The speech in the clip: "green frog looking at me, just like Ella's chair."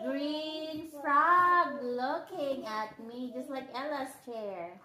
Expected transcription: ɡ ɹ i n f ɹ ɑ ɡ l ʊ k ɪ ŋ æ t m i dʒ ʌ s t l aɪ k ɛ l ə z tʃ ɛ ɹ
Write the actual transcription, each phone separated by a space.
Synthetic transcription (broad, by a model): ɡ ɹ i n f ɹ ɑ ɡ l ʊ k ɪ ŋ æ t m i dʒ ʌ s t l aɪ k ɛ l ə s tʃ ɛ ɹ